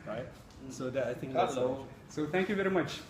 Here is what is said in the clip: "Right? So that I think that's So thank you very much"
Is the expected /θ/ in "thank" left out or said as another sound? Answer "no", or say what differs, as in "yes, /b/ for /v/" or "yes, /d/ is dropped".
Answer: yes, /t/ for /θ/